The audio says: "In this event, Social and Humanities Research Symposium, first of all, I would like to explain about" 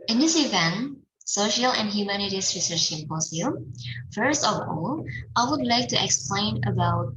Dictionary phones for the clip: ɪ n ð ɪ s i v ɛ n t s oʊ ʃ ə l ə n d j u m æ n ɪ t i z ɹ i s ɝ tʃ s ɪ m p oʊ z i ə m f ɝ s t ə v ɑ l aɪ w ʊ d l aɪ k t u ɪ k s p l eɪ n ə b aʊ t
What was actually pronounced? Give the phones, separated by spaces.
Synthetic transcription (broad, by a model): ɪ n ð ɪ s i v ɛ n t s oʊ ʃ ə l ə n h j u m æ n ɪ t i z ɹ i s ɝ tʃ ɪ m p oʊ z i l f ɝ s t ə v ɑ l aɪ w ʊ d l aɪ k t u ɪ k s p l eɪ n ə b aʊ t